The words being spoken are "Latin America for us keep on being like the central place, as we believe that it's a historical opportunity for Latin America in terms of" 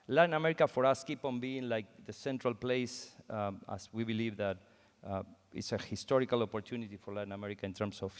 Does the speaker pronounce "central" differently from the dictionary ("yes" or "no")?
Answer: no